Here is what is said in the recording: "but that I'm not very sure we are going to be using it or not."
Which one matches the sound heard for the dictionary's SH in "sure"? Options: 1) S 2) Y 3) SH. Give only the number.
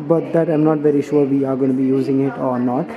3